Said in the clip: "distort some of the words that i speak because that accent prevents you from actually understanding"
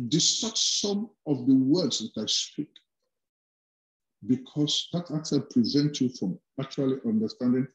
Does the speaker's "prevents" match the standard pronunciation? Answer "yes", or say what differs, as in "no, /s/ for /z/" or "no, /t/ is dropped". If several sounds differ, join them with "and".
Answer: no, /s/ is dropped